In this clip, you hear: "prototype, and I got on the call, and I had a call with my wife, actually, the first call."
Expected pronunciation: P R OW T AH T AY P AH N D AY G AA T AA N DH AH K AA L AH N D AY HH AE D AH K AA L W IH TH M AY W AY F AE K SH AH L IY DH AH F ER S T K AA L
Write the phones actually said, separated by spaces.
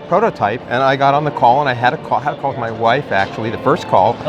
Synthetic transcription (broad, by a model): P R OW T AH T AY P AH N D AY G AA T N DH AH K AA L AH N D AY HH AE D AH K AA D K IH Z M AY W AY F AE K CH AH L IY DH AH F ER S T K AA L